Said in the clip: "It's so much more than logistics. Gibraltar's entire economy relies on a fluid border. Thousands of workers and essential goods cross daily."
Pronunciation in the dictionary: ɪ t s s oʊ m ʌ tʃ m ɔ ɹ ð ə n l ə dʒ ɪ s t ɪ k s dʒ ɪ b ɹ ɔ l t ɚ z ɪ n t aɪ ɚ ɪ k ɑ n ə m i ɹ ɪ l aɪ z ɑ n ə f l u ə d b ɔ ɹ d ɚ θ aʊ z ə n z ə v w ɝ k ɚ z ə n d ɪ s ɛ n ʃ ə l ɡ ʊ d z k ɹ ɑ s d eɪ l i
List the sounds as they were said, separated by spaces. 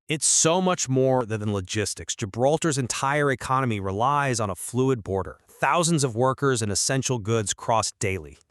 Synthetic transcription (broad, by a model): ɪ t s s oʊ m ʌ tʃ m ɔ ɹ ð ə n l ə dʒ ɪ s t ɪ k s dʒ ɪ b ɹ ɔ l t ɚ z ɪ n t aɪ ɚ ɪ k ɑ n ə m i ɹ ɪ l aɪ z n ə f l u ə d b ɔ ɹ d ɚ θ aʊ z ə n z ə v w ɝ k ɚ z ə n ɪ s ɛ n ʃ l ɡ ʊ d z k ɹ ɑ s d eɪ l i